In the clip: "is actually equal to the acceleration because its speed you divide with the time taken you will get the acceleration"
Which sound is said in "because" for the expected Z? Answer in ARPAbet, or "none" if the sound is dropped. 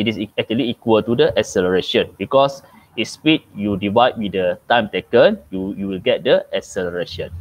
S